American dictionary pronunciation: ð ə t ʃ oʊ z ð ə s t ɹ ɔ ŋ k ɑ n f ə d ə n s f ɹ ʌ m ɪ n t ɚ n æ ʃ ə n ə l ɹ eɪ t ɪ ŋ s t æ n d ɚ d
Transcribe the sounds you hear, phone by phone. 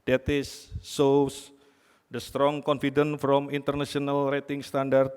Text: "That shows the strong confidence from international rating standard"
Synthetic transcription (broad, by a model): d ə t s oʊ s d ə s t ɹ ɔ ŋ k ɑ n f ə d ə n f ɹ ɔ m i n t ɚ n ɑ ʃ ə n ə l ɹ eɪ t ɪ ŋ s t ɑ n d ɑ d